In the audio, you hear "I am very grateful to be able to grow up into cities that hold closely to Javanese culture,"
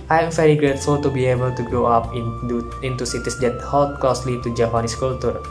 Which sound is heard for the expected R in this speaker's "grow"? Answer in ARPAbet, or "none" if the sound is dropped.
R